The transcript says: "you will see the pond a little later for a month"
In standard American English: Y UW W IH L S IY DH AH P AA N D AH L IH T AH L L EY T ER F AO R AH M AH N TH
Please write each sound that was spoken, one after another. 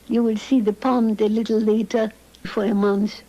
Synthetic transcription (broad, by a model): Y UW W IH L S IY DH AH P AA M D AH L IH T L L EY T ER F AO R AH M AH N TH